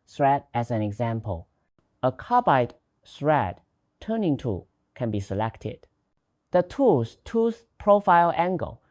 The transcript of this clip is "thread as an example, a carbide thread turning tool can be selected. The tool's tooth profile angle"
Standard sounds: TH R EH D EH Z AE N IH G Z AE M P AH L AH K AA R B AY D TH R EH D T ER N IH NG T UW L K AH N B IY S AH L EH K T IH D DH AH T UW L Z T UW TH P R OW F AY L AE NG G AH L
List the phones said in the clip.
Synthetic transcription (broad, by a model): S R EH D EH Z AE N IH G Z AE M P AH L AH K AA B AY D S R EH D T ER N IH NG T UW K AH N B IY S AH L EH K T IH D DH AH T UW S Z T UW S P R OW F AY L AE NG G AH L